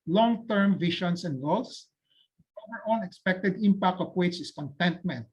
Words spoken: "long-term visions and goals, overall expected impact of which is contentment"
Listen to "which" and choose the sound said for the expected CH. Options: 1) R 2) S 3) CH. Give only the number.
2